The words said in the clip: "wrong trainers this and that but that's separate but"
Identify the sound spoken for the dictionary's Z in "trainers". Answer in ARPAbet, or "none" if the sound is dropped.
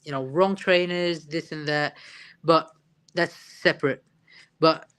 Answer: Z